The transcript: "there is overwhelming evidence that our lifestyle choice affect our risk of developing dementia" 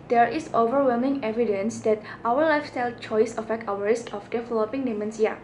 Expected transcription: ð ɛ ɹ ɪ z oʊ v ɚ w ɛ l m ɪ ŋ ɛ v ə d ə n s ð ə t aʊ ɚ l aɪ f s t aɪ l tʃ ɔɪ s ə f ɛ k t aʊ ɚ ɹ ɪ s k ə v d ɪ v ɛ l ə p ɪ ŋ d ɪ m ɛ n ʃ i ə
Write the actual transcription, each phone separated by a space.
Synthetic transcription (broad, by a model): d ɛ ɹ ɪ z oʊ v ɚ w ɛ l m ɪ ŋ ɛ v ə d ə n s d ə t aʊ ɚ l aɪ f s t aɪ l tʃ ɔɪ s ə f ɛ k t aʊ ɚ ɹ ɪ s k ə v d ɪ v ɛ l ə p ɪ ŋ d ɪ m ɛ n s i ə